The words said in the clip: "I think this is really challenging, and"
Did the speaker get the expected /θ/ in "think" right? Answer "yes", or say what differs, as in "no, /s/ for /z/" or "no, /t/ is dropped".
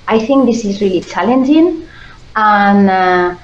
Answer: yes